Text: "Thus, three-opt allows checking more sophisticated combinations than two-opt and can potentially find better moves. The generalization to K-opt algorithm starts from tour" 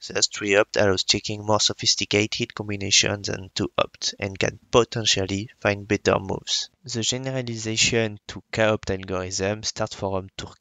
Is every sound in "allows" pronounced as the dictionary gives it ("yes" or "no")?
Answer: no